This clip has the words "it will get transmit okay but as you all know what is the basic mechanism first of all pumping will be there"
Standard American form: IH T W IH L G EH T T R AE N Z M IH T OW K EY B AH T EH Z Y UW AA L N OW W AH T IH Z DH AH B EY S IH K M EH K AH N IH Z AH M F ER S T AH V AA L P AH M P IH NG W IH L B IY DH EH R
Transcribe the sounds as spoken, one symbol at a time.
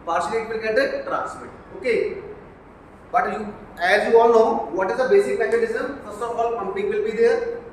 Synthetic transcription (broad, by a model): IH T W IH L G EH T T R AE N S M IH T OW K EY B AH T EH Z Y UW AA L N OW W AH T IH Z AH B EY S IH K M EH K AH L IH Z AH M F ER S T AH F AA L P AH M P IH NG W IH L B IY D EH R